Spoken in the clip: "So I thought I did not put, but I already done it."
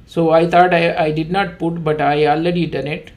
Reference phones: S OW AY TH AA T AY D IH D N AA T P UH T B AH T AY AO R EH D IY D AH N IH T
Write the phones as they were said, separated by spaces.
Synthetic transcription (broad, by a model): S OW AY T AA T AY D IH D N AA T P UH T B AH T AY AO L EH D IY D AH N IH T